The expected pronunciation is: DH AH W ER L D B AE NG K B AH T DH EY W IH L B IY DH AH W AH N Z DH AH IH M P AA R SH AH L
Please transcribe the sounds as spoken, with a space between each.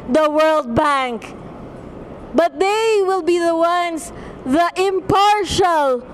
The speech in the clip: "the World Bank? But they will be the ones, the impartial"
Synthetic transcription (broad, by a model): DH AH W ER L D B AE NG K B AH T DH EY W IH L B IY DH AH W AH N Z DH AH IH M P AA R SH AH L